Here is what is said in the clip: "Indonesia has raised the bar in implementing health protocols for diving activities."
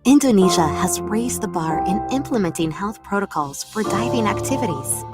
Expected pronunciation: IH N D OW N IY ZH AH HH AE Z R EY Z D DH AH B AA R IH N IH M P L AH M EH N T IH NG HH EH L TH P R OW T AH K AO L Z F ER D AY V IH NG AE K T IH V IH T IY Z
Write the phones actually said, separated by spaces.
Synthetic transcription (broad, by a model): IH N D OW N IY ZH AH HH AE Z R EY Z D DH AH B AA R IH N IH M P L AH M EH N T IH NG HH EH L TH P R OW T AH K AO L Z F ER D AY V IH NG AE K T IH V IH T IY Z